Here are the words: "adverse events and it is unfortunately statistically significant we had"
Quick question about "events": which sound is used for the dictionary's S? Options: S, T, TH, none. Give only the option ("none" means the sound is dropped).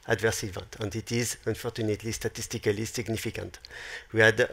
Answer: none